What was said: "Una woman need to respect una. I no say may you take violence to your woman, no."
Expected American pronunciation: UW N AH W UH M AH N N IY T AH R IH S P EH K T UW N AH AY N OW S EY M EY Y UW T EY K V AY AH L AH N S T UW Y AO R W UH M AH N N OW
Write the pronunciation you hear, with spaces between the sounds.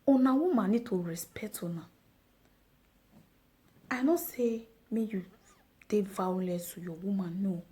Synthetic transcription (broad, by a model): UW N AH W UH M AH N N IY T AH R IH S P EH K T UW N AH AY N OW S EY M EY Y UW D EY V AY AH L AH S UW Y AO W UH M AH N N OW